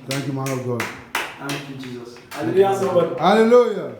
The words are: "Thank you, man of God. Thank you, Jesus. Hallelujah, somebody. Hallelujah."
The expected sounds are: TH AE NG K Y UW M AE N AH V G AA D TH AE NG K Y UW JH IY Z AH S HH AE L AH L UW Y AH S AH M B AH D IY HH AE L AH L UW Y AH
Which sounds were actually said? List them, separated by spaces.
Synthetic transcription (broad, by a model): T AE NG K Y UW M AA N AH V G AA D T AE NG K Y UW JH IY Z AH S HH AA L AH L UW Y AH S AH B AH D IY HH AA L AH L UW Y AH